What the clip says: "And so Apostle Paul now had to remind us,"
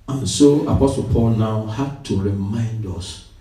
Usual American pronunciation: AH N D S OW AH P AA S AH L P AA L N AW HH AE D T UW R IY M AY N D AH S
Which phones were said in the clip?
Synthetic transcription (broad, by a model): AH N S OW AH P AA S AH L P AA L N AW HH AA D T UW R IY M AY N D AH S